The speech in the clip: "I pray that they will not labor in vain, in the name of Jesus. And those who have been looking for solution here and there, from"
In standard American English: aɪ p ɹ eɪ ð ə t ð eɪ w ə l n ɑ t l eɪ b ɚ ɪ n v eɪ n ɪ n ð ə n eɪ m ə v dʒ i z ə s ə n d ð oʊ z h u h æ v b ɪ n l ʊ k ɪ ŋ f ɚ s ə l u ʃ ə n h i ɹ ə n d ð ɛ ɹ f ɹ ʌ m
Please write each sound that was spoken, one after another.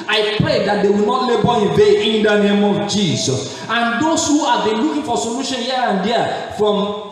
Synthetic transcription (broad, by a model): aɪ p ɹ eɪ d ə t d eɪ w ə l n ɑ t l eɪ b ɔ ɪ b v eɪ ɪ n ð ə n eɪ m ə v dʒ i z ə s ə n d oʊ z h u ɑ b ɪ n l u k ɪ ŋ f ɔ s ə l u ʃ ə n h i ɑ ə n d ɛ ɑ f ɹ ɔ m